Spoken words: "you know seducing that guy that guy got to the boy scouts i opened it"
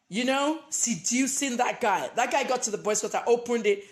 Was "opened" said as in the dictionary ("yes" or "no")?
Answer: yes